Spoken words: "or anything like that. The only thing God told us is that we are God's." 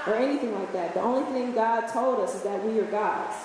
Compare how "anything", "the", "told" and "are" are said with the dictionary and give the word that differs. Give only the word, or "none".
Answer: none